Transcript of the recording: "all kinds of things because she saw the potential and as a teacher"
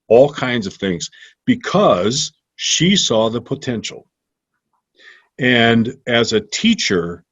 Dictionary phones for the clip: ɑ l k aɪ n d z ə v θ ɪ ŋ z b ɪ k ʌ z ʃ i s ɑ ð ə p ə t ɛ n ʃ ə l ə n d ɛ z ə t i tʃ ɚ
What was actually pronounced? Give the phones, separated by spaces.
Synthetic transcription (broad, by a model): ɑ l k aɪ n d z ə v θ ɪ ŋ z b ɪ k ʌ z ʃ i s ɑ ð ə p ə t ɛ n ʃ l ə n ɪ z ə t i tʃ ɚ